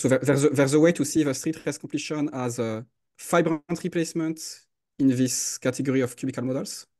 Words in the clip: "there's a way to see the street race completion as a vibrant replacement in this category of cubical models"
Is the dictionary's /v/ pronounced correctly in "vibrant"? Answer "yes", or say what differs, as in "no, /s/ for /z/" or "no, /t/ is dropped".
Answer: no, /f/ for /v/